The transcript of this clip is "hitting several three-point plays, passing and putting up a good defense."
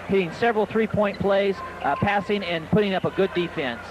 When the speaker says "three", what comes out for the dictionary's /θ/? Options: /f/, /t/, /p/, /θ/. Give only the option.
/θ/